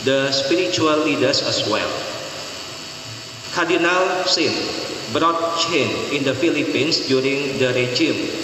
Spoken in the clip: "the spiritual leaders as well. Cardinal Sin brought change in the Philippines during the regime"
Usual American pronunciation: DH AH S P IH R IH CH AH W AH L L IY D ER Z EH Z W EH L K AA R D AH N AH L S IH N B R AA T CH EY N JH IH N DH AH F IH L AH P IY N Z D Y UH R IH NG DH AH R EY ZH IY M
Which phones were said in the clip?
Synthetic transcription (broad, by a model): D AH S P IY R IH CH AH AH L L IY D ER S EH S W EH L K AA R D AH N AH L S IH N B R AA T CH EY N IH N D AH F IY L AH P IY N S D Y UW R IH NG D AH R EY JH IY M